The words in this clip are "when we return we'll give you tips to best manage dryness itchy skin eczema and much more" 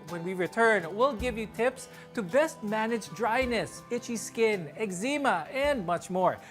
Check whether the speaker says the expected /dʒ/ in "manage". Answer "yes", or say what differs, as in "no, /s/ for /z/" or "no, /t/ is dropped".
yes